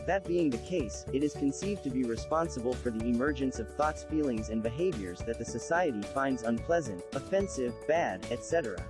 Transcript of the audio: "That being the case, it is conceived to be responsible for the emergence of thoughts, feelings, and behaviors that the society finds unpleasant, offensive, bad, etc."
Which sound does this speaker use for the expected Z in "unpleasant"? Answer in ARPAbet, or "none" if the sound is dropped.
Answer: Z